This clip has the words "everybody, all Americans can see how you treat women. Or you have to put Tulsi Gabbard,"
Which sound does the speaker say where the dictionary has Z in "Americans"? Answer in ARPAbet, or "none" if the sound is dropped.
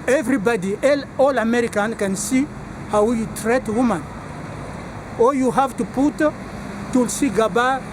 none